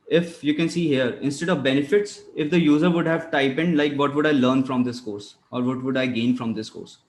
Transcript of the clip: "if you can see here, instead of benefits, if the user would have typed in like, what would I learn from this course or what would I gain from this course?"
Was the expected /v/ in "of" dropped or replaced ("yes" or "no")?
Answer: no